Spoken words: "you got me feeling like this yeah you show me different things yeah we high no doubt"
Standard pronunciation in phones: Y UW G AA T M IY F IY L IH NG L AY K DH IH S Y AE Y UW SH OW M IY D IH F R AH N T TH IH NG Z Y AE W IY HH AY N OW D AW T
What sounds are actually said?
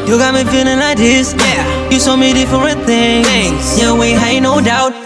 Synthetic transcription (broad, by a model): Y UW G AA T M IY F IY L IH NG L AY K DH IH S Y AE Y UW S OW M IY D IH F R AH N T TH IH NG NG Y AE W IY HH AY N OW D AW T